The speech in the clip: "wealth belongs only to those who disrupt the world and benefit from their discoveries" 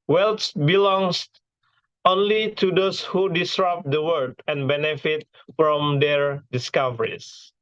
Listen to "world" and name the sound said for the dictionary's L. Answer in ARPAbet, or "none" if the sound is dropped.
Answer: none